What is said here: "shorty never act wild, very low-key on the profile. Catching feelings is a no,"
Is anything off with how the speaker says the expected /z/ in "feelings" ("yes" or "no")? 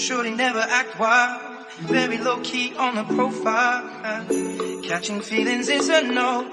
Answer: no